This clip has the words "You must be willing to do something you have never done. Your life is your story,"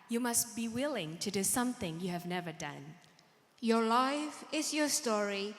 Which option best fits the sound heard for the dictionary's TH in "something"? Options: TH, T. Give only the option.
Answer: TH